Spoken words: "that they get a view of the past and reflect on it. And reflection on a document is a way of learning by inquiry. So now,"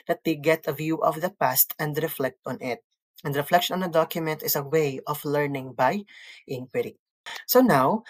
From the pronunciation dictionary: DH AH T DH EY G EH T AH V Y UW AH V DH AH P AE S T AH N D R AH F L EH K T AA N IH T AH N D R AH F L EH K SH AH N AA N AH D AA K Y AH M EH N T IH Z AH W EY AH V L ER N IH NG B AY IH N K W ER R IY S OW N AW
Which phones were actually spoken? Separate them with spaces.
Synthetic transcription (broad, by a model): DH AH T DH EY G EH T AH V Y UW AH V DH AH P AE S T AH N D R AH F L EH K T AA N IH T AH N D R AH F L EH K SH AH N AA N AH D AA K Y AH M EH N T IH S AH W EY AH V L ER N IH NG B AY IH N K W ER R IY S OW N AW